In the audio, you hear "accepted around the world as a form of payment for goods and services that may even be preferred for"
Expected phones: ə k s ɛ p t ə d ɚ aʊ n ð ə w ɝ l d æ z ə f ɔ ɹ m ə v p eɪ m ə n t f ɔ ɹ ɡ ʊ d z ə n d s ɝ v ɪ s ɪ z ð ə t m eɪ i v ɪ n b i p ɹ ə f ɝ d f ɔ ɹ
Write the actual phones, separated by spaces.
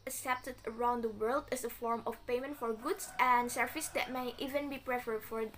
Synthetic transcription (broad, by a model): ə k s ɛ p t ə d ɚ aʊ n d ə w ɝ l d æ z ə f ɔ ɹ m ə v p eɪ m ə n t f ɔ ɹ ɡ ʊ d s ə n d s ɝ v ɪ s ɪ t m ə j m i v ɪ n b i p ɹ ə f ɝ d f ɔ ɹ